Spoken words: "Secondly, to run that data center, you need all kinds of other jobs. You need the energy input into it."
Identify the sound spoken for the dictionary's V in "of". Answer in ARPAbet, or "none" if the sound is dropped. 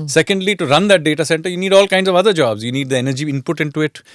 V